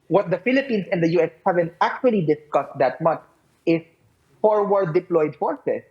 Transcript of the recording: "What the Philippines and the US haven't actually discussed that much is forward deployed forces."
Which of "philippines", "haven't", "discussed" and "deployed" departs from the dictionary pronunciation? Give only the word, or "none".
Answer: philippines